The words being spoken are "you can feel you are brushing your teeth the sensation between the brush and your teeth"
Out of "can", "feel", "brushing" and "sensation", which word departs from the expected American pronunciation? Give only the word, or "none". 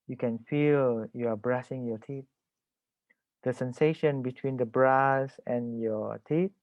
brushing